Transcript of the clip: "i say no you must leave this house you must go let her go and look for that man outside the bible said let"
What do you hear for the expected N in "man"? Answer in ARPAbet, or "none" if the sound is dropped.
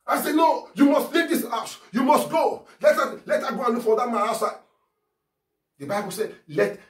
none